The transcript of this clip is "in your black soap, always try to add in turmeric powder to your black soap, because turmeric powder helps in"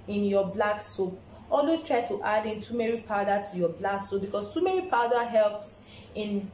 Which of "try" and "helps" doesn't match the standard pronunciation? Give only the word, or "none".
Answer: none